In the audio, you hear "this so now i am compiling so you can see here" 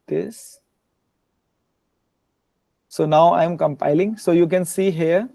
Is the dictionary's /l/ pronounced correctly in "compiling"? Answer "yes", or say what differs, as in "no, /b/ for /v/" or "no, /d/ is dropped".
yes